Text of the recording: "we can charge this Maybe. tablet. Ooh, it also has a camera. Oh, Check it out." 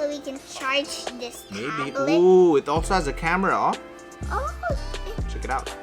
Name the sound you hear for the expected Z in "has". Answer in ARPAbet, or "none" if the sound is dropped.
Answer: Z